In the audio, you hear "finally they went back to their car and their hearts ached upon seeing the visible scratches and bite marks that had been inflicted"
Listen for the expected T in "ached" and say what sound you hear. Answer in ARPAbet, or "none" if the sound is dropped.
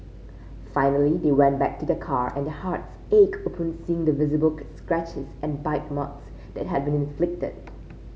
none